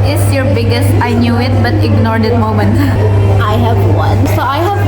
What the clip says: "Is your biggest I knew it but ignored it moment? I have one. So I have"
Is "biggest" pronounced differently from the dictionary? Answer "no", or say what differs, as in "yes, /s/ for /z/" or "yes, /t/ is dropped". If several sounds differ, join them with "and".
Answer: no